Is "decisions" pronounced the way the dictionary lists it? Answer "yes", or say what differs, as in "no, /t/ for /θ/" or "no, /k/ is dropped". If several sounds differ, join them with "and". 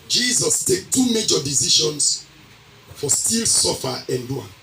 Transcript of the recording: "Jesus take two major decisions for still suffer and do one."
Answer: no, /ʃ/ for /ʒ/ and /s/ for /z/